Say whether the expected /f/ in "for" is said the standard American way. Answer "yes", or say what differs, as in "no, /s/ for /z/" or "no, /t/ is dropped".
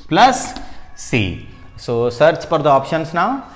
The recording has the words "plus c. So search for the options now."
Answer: no, /p/ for /f/